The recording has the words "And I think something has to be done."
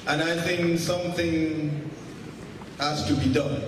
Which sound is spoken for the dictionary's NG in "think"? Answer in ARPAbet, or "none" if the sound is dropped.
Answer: NG